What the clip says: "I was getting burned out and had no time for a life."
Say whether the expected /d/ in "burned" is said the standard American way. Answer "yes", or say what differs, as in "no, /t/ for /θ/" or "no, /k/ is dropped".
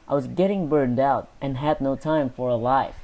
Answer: yes